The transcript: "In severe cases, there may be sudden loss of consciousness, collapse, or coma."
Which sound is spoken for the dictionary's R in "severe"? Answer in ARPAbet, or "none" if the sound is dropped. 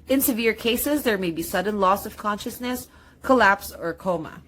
R